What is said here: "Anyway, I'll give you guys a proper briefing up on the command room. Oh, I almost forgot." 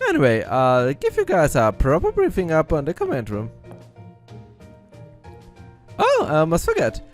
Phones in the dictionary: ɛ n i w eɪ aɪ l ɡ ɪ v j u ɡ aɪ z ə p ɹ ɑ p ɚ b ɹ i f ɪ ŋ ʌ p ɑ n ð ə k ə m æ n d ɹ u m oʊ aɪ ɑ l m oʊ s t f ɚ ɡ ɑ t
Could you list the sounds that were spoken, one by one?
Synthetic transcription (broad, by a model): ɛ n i w eɪ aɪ ɡ ɪ v j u ɡ aɪ z ə p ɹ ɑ p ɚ b ɹ i f ɪ ŋ ʌ p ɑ n ð ə k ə m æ n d ɹ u m oʊ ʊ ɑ m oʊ s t f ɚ ɡ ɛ t